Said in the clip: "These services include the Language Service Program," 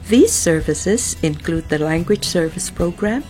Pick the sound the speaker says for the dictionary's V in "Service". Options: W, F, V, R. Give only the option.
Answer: V